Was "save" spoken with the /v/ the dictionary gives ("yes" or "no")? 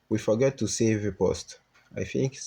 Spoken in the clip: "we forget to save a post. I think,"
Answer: yes